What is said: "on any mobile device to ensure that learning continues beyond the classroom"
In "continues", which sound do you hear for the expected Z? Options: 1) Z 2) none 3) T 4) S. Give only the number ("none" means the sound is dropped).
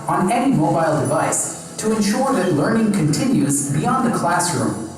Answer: 1